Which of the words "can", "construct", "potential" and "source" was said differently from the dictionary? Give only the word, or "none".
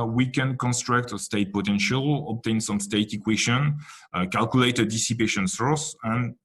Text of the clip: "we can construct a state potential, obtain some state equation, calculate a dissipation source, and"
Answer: none